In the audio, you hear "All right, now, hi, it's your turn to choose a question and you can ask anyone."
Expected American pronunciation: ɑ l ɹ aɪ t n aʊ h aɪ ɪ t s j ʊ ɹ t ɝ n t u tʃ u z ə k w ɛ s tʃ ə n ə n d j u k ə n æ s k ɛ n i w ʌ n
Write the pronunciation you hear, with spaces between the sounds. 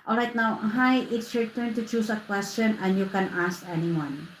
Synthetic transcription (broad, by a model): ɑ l ɹ aɪ t n aʊ h aɪ ɪ t s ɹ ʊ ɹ t ɝ n t u tʃ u s ə k w ɛ s tʃ ə n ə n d j u k ə n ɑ s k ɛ n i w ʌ n